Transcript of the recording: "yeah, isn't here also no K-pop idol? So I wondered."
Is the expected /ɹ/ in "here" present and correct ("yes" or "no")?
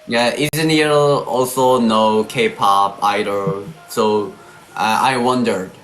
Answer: no